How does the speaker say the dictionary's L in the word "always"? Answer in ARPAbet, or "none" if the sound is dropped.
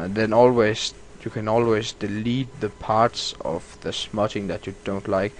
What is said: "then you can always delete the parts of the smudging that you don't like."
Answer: L